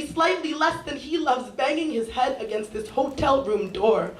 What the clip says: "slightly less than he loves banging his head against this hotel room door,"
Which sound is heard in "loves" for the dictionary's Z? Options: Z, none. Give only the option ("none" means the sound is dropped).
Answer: Z